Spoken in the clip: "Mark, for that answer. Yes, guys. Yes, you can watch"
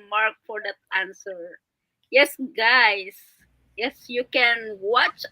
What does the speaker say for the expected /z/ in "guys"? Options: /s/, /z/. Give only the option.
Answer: /s/